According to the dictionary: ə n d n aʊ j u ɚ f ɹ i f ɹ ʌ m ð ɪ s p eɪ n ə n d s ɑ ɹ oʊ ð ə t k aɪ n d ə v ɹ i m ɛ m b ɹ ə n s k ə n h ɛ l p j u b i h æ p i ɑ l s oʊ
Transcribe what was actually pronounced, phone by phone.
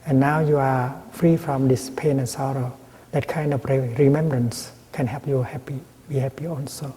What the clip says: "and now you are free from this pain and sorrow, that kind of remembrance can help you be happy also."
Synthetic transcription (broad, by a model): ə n n aʊ j u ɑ f ɹ i f ɹ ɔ m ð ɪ s p eɪ n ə n s ɑ ɹ oʊ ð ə t k aɪ n d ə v ɹ i m ɛ m b ɹ ə n s k ə n h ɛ p j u b i h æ p i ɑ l s oʊ